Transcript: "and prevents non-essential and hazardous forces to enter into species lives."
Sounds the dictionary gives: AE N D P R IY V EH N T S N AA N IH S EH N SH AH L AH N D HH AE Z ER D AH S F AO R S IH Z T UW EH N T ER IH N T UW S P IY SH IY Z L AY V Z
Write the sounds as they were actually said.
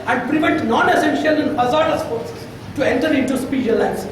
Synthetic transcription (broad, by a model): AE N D P R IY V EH N T N AA N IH S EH N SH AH L AH N D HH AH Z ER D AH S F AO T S T UW EH N T ER IH N T UW S P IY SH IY L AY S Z